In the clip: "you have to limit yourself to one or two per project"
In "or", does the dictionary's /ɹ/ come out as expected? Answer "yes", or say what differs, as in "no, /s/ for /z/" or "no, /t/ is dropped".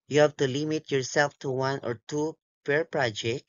yes